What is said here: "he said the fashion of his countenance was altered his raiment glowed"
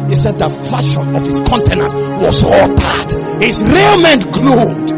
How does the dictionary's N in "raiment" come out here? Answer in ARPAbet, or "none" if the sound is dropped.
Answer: N